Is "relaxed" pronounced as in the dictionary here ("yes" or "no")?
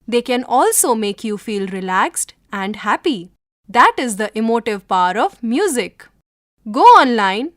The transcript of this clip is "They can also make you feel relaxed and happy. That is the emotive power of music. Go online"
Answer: yes